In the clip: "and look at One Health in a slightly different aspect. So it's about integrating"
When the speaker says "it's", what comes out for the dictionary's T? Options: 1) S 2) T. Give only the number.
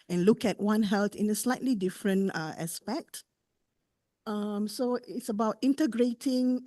2